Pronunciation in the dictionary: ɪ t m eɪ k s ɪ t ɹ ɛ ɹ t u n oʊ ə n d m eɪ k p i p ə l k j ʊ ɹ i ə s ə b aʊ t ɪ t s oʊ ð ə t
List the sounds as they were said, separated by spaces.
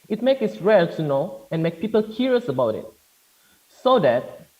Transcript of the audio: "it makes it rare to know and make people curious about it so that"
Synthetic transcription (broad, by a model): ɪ t m eɪ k ɪ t ɹ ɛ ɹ t u n oʊ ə n m eɪ k p i p ə l k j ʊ ɹ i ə s ə b aʊ t ɪ t s oʊ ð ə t